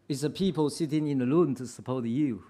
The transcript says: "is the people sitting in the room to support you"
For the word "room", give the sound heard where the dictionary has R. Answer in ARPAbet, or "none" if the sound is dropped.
L